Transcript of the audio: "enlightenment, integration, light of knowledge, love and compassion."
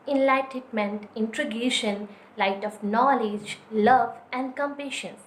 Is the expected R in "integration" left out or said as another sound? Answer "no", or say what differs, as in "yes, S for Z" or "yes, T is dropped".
yes, R is dropped